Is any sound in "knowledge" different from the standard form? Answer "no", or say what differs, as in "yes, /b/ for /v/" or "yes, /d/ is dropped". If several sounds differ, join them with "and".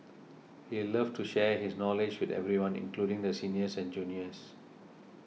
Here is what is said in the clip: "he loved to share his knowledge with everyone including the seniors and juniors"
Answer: no